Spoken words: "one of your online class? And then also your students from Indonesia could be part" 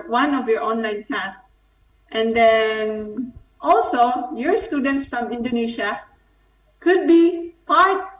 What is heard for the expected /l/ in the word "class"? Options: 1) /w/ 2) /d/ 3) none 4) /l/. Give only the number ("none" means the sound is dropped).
3